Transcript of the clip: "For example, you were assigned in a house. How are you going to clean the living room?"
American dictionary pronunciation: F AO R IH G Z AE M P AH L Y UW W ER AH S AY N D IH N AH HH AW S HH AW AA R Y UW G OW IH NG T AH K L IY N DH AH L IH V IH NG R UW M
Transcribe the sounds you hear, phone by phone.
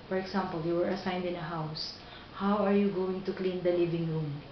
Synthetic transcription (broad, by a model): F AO R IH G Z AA M P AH L Y UW W ER AH S AY N D IH N AH HH AW S HH AW AA R Y UW G OW IH NG T AH K L IY N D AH L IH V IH NG R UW M